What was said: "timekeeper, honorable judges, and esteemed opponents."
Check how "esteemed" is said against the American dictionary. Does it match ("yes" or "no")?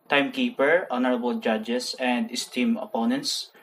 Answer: no